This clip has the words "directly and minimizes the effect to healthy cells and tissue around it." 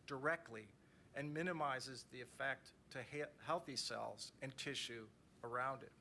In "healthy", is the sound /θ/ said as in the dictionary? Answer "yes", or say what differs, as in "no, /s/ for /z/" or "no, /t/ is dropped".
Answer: yes